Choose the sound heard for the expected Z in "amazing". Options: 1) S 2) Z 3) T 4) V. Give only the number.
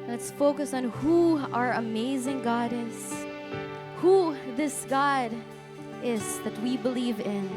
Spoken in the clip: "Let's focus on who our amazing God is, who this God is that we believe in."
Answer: 2